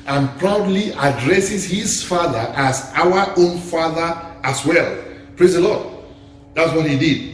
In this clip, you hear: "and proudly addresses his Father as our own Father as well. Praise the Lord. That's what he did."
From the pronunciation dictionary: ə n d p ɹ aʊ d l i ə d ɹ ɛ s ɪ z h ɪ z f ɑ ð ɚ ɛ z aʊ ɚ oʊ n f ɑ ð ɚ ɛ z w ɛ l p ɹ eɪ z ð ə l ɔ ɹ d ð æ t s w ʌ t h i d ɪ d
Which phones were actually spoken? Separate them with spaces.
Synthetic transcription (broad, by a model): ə n p ɹ aʊ d l i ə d ɹ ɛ s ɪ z h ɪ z f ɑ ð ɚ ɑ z aʊ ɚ oʊ n f ɑ ð ɚ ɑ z w ɛ l p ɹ eɪ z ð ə l ɔ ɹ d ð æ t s w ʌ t h i d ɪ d